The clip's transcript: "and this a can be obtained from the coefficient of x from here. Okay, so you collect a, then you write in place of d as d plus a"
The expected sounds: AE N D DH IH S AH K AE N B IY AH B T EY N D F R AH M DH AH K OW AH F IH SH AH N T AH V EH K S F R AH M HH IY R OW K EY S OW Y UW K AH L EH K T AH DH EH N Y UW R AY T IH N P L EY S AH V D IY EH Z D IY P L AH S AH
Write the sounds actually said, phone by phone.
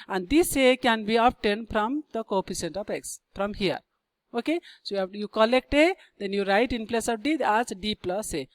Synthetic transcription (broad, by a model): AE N D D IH S AH K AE N B IY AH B T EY N D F R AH M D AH K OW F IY S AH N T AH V EH K S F R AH M HH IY R OW K EY S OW Y UW K AH L EH K T AH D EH N Y UW R AY T IH N P L EY S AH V D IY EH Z D IY P L AH S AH